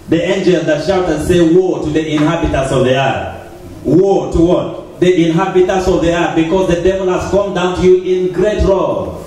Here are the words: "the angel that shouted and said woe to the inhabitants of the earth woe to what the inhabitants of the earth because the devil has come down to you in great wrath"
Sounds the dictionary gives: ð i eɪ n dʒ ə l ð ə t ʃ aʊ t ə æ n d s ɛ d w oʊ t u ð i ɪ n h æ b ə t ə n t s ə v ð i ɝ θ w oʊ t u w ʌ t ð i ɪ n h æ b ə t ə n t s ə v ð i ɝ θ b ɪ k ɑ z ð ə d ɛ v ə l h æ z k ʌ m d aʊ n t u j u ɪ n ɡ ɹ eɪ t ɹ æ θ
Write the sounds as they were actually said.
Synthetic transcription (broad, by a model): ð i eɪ n dʒ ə l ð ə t ʃ aʊ t ə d s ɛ w oʊ t u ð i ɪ n h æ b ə t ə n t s ə v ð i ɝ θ w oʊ t u w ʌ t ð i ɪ n h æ b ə t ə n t s ə v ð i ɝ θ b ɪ k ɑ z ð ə d ɛ v ə l h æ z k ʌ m d aʊ n t u j u ɪ n ɡ ɹ eɪ t ɹ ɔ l